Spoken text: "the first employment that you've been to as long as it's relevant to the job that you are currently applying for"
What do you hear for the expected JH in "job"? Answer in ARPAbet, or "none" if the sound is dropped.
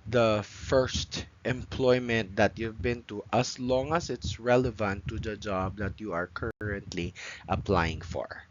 JH